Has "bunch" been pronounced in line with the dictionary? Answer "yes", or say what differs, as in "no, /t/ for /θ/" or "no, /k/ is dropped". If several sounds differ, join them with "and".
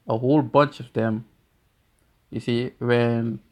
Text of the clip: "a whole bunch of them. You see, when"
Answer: yes